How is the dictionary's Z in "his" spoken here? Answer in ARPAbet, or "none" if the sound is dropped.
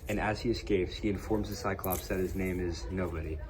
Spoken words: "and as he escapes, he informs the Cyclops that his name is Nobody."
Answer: Z